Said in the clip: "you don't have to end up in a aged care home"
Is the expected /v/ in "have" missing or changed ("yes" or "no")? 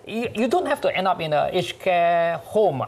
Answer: yes